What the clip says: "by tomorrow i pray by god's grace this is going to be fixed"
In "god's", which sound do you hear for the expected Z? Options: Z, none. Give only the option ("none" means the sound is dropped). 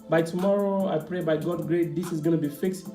none